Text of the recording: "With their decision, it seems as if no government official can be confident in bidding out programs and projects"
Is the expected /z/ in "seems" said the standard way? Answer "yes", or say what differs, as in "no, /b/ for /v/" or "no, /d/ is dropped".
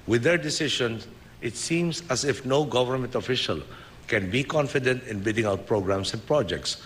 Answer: no, /s/ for /z/